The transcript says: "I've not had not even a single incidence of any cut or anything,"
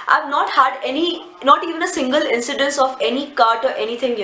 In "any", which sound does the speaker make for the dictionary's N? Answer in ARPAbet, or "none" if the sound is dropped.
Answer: N